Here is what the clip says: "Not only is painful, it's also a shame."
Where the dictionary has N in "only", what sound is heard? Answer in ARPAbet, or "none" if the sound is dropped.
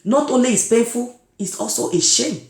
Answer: N